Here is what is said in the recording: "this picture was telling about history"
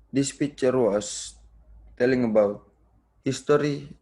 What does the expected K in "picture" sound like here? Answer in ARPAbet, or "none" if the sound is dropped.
none